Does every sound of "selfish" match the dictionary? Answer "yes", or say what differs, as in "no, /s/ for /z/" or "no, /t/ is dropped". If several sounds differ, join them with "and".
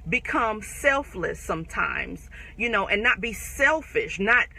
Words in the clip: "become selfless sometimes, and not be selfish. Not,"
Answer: yes